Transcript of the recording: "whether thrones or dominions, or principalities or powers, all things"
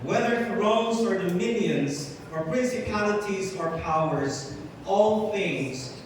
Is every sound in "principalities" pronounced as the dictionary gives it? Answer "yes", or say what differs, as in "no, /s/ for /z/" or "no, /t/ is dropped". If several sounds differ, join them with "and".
yes